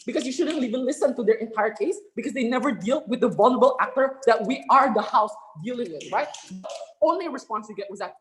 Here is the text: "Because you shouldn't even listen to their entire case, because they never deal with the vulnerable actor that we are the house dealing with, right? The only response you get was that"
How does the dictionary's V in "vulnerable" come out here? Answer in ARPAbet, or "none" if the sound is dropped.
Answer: V